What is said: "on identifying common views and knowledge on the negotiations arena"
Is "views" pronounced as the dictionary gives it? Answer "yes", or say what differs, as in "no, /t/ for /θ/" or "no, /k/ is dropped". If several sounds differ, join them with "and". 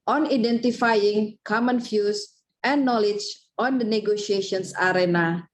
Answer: no, /f/ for /v/ and /s/ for /z/